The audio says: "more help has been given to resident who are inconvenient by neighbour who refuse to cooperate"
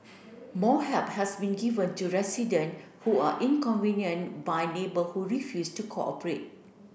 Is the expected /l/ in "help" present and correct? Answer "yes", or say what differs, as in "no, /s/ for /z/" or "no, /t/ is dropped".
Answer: no, /l/ is dropped